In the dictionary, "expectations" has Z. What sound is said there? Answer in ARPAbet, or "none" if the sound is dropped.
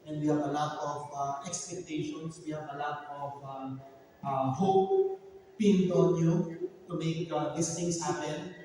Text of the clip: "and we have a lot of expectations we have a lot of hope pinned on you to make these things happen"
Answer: S